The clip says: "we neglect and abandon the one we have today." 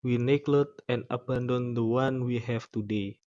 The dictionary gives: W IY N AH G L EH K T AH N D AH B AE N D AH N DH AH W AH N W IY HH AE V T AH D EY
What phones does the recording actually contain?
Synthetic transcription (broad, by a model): W IY N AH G L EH T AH N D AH B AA N D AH N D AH W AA N W IY HH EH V T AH D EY